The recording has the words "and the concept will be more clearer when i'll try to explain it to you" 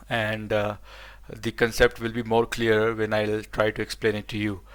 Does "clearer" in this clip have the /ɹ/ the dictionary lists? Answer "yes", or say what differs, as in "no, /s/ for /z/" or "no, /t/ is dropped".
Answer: no, /ɹ/ is dropped